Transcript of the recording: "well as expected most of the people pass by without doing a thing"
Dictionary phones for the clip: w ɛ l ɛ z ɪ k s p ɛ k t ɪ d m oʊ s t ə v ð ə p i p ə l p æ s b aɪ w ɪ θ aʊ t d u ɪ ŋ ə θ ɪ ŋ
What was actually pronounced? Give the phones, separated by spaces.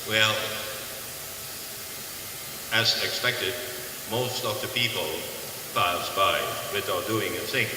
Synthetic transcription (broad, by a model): w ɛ l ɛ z ɪ k s p ɛ k t ɪ d m oʊ s t ə v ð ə p i p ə l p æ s b aɪ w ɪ t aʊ d u ɪ ŋ ə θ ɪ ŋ